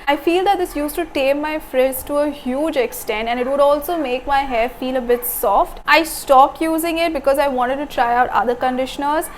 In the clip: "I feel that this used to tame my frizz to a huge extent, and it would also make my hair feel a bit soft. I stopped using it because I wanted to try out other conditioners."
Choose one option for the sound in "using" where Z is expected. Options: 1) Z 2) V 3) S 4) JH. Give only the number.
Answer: 1